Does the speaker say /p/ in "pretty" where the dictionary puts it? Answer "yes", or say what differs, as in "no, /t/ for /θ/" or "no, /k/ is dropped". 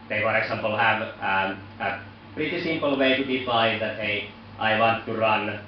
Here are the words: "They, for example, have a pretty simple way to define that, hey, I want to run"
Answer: no, /b/ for /p/